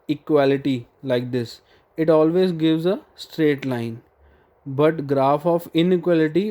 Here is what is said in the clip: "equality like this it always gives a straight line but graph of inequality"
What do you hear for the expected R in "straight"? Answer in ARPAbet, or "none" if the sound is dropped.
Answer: R